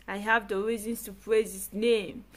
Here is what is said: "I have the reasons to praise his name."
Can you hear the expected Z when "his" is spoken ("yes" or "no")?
no